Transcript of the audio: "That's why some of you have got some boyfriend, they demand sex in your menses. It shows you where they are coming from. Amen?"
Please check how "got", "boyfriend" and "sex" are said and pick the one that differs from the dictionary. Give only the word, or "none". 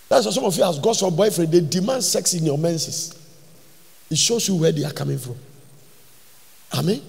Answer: none